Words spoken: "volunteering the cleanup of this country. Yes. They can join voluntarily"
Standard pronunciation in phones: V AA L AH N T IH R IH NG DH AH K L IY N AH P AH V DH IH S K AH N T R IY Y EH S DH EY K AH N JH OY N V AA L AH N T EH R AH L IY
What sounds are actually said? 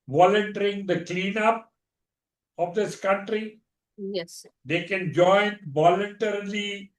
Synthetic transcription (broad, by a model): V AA L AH N T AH R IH NG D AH K L IY N AH P AH V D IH S K AH N T R IY Y EH S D EY K AH N JH OY N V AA L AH N T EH R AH L IY